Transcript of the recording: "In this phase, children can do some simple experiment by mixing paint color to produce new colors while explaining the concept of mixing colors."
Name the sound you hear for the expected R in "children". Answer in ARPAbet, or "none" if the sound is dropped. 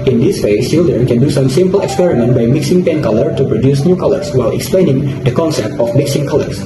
none